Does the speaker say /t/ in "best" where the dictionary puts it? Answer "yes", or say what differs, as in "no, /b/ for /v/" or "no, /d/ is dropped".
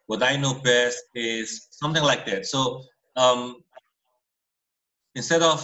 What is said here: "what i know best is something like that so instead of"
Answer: yes